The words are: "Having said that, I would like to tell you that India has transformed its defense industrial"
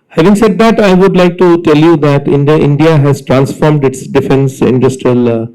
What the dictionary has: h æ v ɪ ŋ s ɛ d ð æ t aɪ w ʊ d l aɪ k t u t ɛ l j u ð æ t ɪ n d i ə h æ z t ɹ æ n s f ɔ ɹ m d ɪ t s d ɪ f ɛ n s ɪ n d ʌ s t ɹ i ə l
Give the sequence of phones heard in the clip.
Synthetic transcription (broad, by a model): h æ v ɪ ŋ s ɛ d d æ t aɪ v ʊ d l aɪ k t u t ɛ l j u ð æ t ɪ n d i ə h æ z t ɹ æ n s f ɔ ɹ m d ɪ t s d ɪ f ɛ n s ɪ n d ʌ s t ɹ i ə l